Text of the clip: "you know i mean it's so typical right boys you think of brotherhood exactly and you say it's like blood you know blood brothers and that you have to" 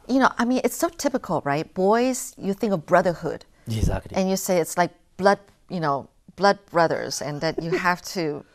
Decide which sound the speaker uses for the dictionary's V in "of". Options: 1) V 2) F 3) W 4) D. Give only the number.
1